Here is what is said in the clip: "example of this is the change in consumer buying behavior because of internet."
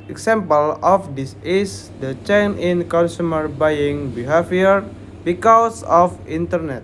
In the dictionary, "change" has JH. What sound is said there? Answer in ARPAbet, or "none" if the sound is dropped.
none